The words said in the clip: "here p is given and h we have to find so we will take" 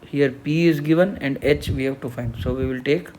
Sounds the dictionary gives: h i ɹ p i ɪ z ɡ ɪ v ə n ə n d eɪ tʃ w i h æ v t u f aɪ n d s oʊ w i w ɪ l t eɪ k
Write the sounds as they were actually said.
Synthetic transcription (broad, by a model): h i ɹ p i ɪ z ɡ ɪ v ə n ə n d eɪ tʃ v i h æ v t u f aɪ n d s oʊ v i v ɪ l t eɪ k